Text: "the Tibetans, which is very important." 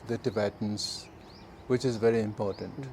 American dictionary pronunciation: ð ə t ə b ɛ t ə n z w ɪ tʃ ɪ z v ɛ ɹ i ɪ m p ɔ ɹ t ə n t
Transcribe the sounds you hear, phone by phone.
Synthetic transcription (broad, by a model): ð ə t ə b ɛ t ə n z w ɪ tʃ ɪ z v ɛ ɹ i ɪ m p ɔ ɹ t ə n t